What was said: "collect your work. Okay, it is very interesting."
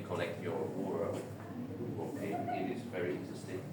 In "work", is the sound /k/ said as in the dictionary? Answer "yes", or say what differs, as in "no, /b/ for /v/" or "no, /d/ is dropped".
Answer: no, /k/ is dropped